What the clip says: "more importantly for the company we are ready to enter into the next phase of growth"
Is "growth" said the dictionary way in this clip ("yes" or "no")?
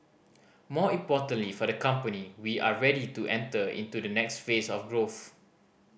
yes